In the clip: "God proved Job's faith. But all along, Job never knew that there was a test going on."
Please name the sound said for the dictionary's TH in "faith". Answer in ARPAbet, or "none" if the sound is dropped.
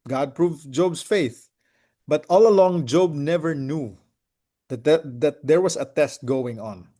TH